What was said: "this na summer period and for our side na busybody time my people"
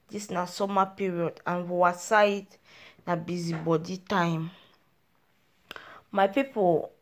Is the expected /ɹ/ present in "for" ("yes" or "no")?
no